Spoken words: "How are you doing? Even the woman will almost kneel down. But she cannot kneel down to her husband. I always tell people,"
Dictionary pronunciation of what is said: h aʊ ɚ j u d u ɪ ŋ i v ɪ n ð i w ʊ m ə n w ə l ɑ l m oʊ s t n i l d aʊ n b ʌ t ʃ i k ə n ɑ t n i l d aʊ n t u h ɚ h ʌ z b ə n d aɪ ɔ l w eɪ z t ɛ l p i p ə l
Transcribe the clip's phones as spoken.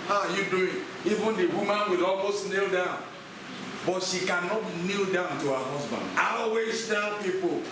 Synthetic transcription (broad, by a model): h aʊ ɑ j u d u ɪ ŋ i v ɪ n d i w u m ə n w ə l ɑ l m oʊ s t n i l d aʊ n b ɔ t ʃ i k ə n ɑ t n i l d aʊ n t u h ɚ h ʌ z b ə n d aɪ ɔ w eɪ s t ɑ p i p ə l